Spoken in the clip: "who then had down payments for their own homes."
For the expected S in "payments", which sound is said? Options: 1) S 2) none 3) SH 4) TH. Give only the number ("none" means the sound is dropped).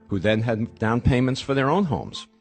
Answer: 1